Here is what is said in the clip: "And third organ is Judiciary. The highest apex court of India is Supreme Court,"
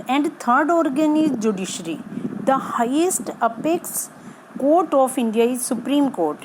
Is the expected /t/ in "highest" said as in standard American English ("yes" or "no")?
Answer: yes